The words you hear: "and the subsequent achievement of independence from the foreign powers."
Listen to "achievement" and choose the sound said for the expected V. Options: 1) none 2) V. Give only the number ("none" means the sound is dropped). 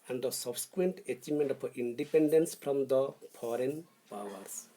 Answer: 1